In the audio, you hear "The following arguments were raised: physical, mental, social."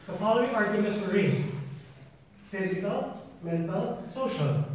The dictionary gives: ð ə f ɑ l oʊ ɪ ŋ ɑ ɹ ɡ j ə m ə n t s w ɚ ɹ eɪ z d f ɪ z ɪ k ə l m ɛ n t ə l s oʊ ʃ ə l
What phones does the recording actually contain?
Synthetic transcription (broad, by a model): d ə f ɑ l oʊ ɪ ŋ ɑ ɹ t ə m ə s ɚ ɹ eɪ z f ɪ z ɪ k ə l m ɛ n t ə l s oʊ ʃ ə l